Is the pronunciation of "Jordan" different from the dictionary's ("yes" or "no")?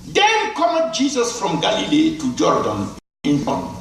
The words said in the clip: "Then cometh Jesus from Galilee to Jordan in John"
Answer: no